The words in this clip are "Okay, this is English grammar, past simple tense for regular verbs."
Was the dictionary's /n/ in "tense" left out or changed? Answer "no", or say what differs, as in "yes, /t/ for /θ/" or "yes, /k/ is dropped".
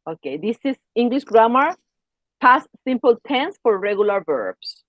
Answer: no